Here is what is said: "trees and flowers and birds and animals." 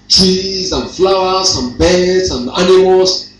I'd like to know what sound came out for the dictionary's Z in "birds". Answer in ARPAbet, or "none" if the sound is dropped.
S